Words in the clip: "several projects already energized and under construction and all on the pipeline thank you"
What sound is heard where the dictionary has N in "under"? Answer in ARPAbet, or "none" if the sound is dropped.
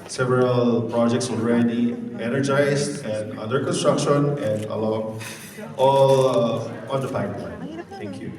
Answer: none